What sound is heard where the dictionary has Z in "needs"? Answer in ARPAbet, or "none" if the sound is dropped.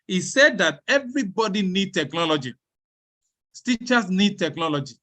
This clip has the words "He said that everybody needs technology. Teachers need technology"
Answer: none